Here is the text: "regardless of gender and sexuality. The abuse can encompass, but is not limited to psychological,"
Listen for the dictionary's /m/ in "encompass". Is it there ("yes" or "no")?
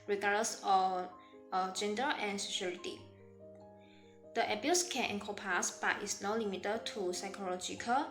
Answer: no